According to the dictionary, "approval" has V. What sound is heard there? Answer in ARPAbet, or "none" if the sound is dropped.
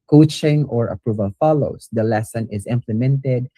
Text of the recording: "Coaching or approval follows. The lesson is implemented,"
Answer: V